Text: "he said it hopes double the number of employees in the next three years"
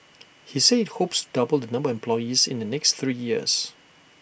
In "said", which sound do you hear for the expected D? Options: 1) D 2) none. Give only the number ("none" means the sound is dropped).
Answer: 2